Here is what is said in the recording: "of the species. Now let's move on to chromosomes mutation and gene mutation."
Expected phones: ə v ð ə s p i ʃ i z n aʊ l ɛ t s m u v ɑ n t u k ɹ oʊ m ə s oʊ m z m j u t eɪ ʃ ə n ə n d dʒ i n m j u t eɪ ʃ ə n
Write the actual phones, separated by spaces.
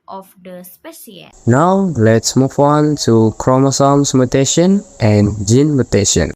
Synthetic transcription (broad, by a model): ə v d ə s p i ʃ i n aʊ l ɛ t s m u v ɑ n t u k ɹ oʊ m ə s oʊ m s m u t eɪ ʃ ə n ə n dʒ i n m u t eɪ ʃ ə n